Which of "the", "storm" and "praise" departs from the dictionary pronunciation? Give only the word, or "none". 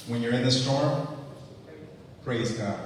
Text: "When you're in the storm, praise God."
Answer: none